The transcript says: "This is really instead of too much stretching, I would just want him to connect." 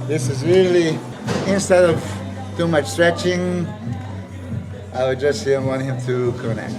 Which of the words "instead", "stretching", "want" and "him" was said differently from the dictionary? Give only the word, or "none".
none